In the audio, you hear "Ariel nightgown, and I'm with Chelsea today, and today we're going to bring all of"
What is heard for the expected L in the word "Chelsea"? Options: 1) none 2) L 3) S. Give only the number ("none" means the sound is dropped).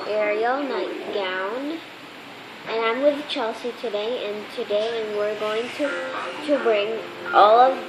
2